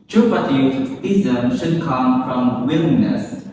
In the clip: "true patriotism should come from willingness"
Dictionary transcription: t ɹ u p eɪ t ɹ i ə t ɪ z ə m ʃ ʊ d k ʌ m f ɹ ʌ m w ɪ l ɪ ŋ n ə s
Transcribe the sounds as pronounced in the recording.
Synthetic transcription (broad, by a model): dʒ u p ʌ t i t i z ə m ʃ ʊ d k ʌ m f ɹ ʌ m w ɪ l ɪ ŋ n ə s